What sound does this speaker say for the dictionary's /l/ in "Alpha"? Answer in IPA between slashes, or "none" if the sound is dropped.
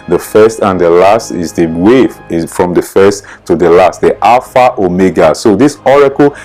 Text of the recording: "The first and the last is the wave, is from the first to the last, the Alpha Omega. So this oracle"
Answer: none